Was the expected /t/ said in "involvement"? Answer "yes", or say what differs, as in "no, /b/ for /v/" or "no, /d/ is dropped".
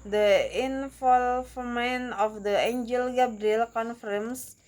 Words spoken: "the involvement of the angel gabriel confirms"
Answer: no, /t/ is dropped